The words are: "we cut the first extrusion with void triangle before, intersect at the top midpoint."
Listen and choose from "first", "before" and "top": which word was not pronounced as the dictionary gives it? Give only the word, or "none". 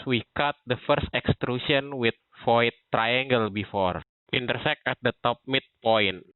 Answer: none